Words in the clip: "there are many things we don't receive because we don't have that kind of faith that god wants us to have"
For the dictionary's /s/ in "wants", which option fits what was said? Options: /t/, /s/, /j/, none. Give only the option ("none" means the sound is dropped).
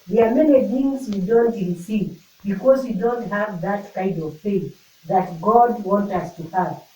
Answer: none